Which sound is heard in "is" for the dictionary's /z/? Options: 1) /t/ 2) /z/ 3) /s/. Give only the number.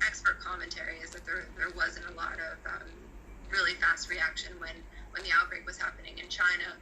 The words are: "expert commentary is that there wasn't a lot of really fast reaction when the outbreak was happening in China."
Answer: 2